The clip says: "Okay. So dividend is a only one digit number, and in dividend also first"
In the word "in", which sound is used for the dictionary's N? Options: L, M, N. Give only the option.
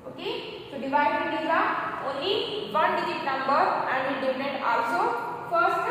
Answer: L